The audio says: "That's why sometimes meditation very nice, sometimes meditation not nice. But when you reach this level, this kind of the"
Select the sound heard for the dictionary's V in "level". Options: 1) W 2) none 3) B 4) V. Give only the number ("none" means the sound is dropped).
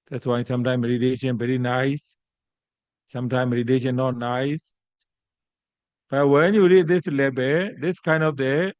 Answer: 3